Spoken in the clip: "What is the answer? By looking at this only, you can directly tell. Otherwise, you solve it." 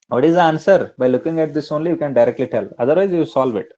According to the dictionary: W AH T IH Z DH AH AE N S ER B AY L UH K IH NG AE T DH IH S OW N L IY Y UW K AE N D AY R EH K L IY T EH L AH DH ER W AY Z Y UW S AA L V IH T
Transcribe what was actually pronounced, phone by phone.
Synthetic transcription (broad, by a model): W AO T IH Z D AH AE N S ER B AY L UH K IH NG AE T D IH S OW N L IY Y UW K AE N D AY R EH K L IY T EH L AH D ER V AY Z Y UW S AA L V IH T